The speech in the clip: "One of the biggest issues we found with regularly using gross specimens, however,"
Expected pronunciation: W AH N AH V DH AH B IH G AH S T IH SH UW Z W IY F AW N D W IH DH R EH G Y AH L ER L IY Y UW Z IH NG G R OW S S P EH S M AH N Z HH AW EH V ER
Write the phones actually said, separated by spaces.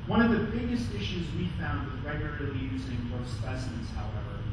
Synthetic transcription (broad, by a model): W AH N AH V DH AH B IH G AH S T IH SH UW Z W IY F AW N D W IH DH R EH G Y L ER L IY Y UW Z IH NG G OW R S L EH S AH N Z HH AW EH V ER